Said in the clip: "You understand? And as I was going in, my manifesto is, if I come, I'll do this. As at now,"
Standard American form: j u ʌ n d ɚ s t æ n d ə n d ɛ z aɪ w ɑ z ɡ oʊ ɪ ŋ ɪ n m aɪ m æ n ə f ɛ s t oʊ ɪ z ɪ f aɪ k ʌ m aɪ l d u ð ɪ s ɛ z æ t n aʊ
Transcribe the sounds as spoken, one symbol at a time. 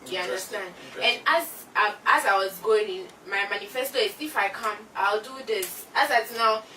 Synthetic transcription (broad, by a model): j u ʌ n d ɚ s t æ n d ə n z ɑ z aɪ w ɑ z ɡ oʊ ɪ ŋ ɪ n m aɪ m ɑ n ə f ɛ s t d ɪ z ɪ f aɪ k ʌ m aɪ l d u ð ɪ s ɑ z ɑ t n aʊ